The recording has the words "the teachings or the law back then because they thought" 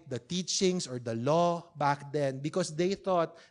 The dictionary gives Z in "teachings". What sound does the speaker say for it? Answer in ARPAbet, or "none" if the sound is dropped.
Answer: S